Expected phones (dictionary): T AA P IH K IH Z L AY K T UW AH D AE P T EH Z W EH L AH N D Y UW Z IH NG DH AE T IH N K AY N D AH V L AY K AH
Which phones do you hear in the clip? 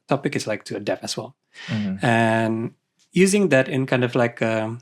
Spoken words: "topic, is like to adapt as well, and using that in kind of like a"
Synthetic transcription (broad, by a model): T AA P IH K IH S L AY K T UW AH D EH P EH S W EH L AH N Y UW Z IH NG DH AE T IH N K AY N D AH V L AY K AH